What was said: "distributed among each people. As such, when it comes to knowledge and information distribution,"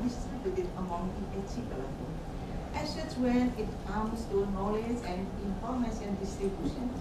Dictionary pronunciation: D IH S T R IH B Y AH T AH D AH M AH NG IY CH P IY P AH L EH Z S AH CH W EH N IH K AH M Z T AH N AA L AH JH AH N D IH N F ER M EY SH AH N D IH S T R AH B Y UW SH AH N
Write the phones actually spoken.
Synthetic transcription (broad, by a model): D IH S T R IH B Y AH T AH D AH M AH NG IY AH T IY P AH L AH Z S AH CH W EH N IH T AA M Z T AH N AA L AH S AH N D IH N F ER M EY S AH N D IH S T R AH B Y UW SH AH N